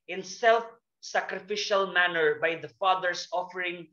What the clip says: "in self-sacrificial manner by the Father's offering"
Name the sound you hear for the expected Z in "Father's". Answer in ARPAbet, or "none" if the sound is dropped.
S